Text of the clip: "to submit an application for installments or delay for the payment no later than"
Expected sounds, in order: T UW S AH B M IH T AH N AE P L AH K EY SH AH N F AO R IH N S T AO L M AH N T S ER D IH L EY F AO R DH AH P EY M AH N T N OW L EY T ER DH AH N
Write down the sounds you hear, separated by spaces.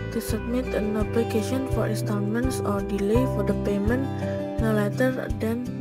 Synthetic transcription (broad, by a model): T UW S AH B M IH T AH N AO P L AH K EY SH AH N F AO R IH N S T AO N M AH N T S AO D IH L EY F AO R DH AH P EY M AH N T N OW L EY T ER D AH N